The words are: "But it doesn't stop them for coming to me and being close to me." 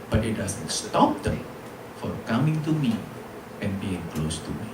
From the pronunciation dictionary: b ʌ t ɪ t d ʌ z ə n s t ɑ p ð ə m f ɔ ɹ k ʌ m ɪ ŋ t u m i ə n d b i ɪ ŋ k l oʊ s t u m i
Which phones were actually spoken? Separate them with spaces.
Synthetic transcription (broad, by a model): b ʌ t ɪ t d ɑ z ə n s t ɑ p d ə f ɔ ɹ k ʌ m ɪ ŋ t u m i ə n b i ɪ ŋ k l oʊ s t u m i